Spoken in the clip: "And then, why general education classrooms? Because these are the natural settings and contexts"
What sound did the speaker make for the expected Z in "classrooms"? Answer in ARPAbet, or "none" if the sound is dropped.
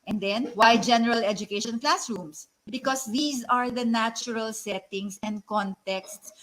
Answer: S